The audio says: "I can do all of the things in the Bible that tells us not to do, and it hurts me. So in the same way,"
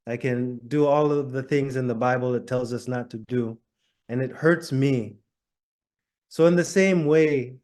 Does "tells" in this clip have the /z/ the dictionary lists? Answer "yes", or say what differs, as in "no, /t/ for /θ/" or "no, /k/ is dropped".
yes